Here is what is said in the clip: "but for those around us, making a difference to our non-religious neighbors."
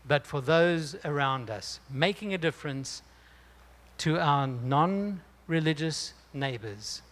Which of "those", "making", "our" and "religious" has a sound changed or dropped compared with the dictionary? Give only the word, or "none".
none